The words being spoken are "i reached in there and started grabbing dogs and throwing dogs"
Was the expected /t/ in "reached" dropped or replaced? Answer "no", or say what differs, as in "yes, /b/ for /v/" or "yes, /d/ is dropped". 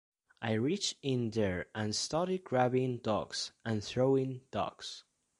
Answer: yes, /t/ is dropped